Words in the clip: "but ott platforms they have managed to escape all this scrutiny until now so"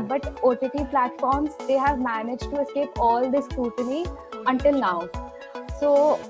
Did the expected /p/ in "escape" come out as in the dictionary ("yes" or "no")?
yes